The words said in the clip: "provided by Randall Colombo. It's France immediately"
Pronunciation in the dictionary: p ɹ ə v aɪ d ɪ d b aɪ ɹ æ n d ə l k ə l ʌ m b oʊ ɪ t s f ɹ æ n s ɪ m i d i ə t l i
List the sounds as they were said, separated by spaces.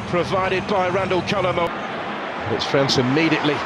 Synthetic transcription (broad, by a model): p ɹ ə v aɪ d ɪ d b aɪ ɹ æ n d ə l k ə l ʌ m oʊ ɪ t s f ɹ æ n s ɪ m i d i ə t l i